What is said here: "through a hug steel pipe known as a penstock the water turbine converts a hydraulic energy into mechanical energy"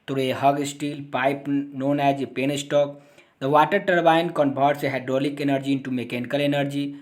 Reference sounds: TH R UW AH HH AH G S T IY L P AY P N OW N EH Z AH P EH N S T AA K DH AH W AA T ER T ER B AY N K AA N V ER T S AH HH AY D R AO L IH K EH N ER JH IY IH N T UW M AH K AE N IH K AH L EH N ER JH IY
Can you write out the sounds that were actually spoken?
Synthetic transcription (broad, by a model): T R AH HH AH G S T IY L P AY P N OW N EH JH AH P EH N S T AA K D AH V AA T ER T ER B AY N K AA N B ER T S AH HH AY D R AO L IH K EH N ER JH IY IH N T UW M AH K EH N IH K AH L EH N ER JH IY